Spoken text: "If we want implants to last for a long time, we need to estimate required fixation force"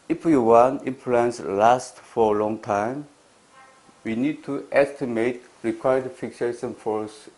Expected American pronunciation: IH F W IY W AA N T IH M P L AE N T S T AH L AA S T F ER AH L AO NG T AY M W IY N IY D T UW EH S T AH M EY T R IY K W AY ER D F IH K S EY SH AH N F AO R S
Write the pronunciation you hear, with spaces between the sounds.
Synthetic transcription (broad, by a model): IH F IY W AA N IH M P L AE N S L AA S T F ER AH L AO NG T AY M W IY N IY D T UW EH S T AH M EY T R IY K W AY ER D F IH K S EY SH AH N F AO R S